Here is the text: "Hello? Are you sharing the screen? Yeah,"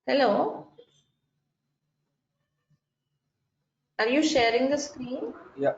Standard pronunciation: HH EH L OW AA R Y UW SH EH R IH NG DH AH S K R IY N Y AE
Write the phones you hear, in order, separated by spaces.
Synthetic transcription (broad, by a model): HH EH L OW AA R Y UW SH EH R IH NG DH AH S K R IY N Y